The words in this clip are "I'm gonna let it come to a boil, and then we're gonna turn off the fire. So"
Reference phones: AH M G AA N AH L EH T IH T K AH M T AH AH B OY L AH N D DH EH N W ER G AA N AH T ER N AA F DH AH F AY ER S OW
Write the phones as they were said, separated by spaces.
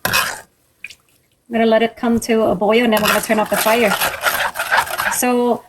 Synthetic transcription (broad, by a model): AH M G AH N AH L EH T IH T K AH M T AH AH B OY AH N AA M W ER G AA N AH T ER N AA P DH AH F AY ER S OW